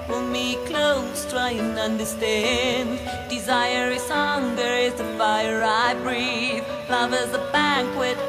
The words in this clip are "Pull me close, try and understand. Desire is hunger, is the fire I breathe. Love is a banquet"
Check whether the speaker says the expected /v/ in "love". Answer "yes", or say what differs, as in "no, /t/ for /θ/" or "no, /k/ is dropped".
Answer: yes